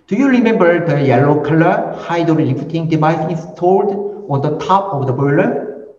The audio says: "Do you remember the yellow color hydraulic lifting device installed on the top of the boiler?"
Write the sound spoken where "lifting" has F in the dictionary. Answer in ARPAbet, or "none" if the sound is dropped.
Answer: none